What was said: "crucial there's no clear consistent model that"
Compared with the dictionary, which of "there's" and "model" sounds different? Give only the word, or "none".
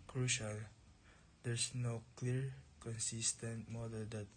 there's